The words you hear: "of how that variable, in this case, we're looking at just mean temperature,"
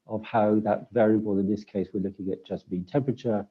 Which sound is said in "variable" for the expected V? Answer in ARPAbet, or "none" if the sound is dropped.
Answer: V